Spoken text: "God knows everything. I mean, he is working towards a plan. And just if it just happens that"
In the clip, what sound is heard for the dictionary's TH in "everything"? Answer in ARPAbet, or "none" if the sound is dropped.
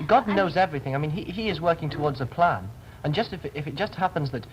TH